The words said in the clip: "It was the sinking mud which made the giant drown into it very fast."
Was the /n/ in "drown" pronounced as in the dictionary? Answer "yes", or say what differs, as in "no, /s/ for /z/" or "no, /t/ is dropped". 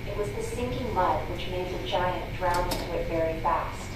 no, /n/ is dropped